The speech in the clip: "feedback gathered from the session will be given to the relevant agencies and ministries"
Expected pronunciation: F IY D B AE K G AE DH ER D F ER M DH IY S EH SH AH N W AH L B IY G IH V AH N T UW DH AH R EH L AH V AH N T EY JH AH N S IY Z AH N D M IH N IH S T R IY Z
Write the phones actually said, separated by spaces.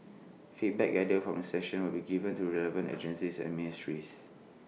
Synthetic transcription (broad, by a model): F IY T B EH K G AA IH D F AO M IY S EH SH AH N W AH L B IY G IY V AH N T UW R EH L AH V AH N T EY JH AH N S IY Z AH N M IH N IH S T R IY S